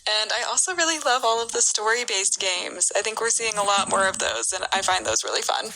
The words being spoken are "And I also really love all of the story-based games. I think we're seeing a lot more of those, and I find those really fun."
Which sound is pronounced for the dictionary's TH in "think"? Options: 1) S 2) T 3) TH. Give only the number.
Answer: 3